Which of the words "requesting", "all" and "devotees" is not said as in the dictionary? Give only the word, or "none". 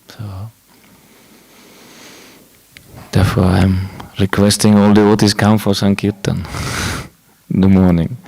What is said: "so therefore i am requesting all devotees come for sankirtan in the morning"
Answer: devotees